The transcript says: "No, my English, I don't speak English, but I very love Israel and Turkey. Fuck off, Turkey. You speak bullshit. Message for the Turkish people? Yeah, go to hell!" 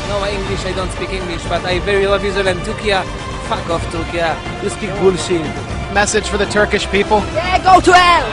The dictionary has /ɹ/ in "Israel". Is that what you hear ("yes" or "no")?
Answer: no